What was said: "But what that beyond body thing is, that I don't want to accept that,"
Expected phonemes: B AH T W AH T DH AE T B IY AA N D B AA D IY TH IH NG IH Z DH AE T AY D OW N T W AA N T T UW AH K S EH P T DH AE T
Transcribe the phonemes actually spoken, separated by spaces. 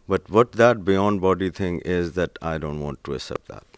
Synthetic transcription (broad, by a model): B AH T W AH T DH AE T B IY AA N D B AA D IY T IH NG IH Z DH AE T AY D OW N T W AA N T T UW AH S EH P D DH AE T